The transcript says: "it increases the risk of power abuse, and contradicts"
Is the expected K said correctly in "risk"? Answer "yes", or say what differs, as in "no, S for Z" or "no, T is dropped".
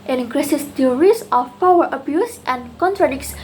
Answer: no, K is dropped